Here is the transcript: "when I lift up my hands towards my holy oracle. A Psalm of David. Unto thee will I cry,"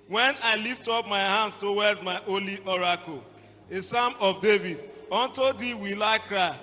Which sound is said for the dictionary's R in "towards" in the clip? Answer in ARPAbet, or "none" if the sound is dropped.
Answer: W